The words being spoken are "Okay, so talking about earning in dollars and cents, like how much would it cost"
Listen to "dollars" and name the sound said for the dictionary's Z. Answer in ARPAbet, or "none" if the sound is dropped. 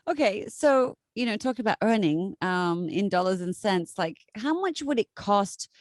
Z